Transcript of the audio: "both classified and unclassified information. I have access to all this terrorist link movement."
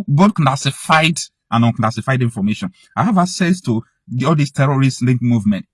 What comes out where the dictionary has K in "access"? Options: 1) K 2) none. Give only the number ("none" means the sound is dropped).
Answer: 2